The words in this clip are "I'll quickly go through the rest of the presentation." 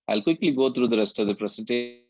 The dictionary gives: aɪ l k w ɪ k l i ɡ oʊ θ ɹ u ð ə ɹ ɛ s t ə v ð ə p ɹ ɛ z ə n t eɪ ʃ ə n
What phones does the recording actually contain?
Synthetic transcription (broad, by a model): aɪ l k w ɪ k l i ɡ oʊ t ɹ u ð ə ɹ ɛ s t ə v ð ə p ɹ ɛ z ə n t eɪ